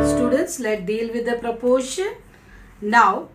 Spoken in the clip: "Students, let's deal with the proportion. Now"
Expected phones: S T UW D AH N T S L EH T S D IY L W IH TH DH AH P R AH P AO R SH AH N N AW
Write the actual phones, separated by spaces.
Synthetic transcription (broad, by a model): S T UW D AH N T S L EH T D IY L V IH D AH P R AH P AO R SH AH N N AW